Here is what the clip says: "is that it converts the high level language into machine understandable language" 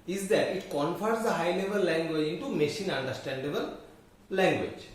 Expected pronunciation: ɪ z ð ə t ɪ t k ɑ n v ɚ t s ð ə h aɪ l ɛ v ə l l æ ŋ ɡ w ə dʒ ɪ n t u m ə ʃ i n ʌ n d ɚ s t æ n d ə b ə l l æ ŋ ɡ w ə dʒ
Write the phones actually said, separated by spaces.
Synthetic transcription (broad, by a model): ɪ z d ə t ɪ t k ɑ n f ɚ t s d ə h aɪ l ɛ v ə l l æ ŋ ɡ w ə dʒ ɪ n t u m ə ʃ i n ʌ n d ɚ s t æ n d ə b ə l l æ ŋ ɡ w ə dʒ